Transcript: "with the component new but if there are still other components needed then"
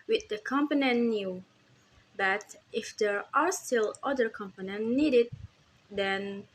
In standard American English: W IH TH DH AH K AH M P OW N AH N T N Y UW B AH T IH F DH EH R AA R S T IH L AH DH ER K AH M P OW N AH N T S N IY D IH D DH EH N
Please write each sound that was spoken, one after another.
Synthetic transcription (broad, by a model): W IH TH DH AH K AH M P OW N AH N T N Y UW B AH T IH F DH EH R AA R S T IH L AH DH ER K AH M P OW N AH N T N IY D IH D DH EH N